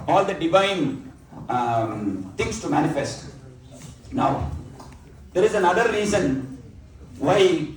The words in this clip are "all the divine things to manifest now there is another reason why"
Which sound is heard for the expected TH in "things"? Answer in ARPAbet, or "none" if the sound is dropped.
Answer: T